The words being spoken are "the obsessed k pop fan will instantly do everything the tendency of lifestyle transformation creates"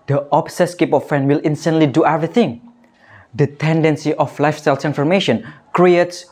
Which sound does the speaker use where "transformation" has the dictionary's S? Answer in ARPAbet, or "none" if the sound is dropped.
none